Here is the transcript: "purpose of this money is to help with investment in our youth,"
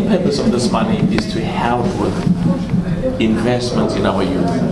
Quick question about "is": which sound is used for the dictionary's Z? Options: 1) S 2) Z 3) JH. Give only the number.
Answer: 1